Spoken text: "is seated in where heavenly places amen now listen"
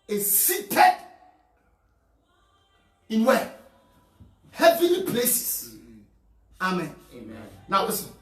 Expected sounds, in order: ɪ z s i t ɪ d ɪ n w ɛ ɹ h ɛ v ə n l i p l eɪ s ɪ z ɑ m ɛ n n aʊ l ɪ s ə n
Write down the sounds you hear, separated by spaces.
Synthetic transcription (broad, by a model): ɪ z s i t ɪ d ɪ n w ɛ h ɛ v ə l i p l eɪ s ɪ s ɑ m ɛ n n aʊ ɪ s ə